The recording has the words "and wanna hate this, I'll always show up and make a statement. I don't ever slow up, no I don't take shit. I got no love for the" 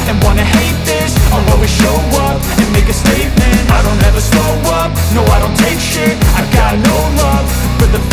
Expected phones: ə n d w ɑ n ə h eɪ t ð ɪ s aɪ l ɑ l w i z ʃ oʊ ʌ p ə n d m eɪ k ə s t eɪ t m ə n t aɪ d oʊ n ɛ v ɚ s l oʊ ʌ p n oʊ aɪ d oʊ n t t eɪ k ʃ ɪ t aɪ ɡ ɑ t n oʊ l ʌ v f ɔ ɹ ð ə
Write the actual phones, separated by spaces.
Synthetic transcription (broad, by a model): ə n w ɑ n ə h eɪ t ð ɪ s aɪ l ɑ w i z ʃ oʊ ʌ p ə n m eɪ k ə s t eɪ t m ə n aɪ d oʊ n ɛ v ɚ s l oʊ ʌ p n oʊ aɪ d oʊ n t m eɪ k ʃ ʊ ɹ aɪ ɡ ɑ t n oʊ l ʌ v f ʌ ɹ ð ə